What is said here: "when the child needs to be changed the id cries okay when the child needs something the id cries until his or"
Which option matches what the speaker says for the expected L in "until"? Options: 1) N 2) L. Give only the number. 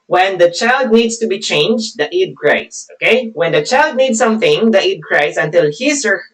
2